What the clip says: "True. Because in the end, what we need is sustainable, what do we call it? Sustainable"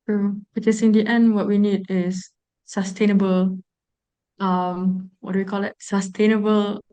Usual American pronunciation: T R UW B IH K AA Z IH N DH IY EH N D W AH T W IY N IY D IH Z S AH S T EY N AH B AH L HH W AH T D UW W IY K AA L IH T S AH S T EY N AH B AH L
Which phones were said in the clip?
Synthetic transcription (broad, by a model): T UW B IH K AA S IH N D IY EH N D W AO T W IY N IY D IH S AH S T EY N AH B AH L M W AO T D UW W IY K AA L IH T S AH S T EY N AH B AH L